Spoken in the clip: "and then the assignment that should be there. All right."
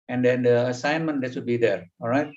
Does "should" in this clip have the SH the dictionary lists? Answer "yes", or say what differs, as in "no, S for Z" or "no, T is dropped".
no, S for SH